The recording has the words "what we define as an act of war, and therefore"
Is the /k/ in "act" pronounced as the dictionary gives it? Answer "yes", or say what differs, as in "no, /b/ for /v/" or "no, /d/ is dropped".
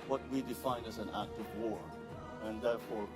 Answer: yes